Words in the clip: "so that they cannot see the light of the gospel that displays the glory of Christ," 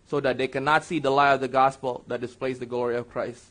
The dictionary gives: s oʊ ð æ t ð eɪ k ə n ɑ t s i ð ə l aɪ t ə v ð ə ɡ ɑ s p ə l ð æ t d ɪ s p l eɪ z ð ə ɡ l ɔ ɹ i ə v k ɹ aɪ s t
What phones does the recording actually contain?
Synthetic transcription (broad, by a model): s oʊ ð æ t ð eɪ k ə n ɑ t s i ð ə l aɪ ə v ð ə ɡ ɑ s p ə l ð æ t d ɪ s p l eɪ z ð ə ɡ l ɔ ɹ i ə v k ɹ aɪ s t